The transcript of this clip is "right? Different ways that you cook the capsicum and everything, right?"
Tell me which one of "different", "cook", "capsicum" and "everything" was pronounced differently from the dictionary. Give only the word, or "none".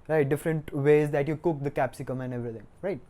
everything